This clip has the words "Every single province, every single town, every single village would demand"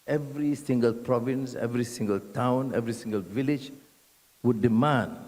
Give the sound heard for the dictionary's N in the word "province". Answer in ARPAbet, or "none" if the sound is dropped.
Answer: N